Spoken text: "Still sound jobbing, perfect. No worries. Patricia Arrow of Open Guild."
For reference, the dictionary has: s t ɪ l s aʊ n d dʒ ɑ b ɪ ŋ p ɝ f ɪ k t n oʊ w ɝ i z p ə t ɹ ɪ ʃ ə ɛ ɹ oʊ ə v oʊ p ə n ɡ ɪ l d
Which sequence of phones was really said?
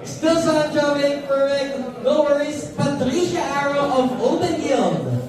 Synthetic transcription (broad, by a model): s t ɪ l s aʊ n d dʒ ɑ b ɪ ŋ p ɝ ɪ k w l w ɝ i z p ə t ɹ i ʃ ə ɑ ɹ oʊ ə v oʊ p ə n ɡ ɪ l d